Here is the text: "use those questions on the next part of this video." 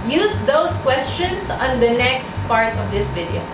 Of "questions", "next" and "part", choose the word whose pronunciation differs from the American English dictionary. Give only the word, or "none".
questions